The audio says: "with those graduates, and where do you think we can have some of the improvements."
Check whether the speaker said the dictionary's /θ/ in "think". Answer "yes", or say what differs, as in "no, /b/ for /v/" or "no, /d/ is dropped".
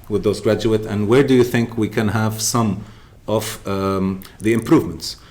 yes